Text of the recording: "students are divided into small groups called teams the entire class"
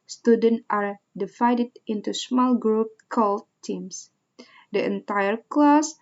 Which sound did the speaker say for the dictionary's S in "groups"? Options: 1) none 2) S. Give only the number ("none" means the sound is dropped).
1